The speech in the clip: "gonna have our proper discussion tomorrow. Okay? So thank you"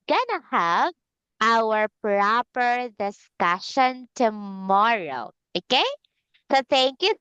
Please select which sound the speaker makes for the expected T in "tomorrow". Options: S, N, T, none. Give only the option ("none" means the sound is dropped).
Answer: T